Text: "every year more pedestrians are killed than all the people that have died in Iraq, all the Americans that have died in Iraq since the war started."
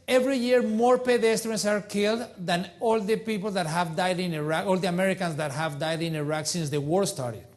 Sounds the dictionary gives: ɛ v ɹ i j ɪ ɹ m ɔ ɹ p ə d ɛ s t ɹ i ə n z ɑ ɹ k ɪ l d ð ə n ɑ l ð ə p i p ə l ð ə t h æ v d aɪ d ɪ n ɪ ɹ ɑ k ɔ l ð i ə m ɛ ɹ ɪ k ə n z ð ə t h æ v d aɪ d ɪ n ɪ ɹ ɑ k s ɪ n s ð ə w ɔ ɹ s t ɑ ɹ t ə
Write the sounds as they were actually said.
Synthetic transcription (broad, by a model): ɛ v ɹ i j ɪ ɹ m ɔ ɹ p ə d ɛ s t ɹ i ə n s ɑ ɹ k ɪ l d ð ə n ɑ l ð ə p i p ə l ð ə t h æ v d aɪ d ɪ n ɪ ɹ ɑ k ɔ l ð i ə m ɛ ɹ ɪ k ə n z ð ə t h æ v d aɪ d ɪ n ɪ ɹ ɑ k s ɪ n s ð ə w ɔ ɹ s t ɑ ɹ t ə